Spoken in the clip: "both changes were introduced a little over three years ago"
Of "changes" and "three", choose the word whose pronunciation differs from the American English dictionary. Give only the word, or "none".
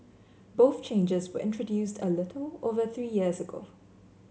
none